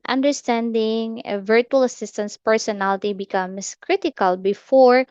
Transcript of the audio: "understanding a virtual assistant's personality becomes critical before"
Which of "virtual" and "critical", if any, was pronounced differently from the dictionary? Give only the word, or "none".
none